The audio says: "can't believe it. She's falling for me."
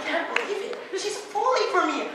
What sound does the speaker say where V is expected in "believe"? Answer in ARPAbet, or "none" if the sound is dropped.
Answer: none